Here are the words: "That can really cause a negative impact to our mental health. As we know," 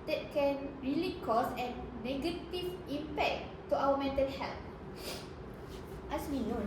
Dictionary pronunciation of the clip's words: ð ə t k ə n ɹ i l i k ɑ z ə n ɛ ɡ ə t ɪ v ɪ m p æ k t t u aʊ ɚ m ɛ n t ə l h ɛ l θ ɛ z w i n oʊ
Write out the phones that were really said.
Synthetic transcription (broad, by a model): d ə t k ə n ɹ i l i k ɑ s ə n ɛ ɡ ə t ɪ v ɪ m p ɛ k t t u aʊ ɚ m ɛ n t ə l h ɛ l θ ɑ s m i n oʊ